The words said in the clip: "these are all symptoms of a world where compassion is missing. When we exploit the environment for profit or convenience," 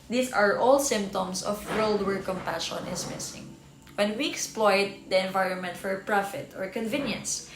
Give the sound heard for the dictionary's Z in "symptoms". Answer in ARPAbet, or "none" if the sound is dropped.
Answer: S